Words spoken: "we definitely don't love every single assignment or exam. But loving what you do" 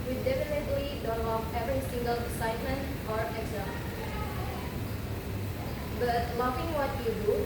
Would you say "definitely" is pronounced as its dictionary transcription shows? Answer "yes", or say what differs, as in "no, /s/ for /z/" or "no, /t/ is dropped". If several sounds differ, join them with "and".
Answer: yes